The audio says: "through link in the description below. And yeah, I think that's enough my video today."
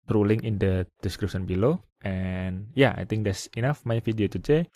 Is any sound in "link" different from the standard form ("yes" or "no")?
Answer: yes